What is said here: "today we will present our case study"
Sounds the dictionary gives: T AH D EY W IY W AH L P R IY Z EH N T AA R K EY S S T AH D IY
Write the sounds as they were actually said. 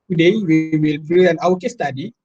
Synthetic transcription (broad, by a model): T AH D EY W IY W AH L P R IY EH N AA W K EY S S T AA D IY